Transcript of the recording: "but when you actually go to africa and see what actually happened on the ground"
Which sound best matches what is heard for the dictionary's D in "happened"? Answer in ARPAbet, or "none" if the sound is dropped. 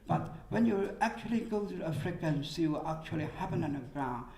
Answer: none